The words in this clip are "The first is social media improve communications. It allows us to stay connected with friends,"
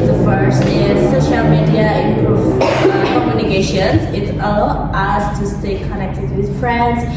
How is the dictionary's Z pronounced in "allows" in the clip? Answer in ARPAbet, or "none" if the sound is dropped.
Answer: none